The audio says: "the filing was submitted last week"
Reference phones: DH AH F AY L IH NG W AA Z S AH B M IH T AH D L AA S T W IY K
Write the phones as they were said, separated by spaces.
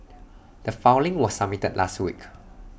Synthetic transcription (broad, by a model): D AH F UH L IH NG W AA S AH M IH T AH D L AA S T W IY K